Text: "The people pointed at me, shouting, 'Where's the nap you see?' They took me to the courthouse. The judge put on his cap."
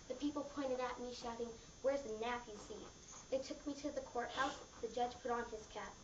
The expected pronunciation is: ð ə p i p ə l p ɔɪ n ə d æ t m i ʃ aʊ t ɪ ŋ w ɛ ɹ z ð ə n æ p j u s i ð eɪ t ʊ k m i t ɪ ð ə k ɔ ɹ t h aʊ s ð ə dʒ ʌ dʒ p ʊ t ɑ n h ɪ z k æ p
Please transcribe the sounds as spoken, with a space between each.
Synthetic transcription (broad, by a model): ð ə p i p l p ɔɪ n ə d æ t m i ʃ aʊ t ɪ ŋ w ɛ ɹ z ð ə n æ f j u s i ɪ t ʊ k m i t ɪ ð ə k ɔ ɹ t h aʊ s ð ə dʒ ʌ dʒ p ʊ t n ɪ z k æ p